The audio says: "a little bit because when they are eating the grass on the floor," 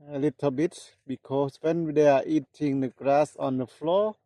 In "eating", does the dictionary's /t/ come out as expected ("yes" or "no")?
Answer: yes